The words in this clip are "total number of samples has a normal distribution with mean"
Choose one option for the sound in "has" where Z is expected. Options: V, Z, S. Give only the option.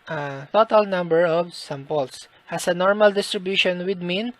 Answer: S